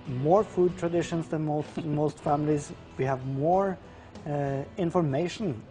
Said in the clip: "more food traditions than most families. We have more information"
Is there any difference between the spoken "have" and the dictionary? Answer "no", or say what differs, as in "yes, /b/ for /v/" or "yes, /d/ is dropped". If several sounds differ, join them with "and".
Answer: no